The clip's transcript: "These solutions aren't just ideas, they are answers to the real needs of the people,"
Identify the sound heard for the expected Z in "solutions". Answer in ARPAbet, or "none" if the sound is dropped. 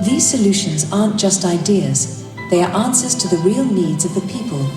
Z